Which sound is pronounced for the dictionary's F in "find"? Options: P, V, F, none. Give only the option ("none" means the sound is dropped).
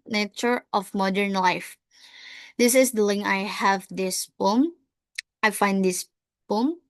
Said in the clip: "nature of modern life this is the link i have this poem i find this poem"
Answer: F